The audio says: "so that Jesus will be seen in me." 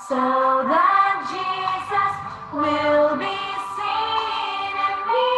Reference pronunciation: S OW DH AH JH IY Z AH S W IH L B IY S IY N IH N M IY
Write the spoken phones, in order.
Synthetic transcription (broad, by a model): S OW DH AH JH IY Z AH S W IH L B IY S IY N IH N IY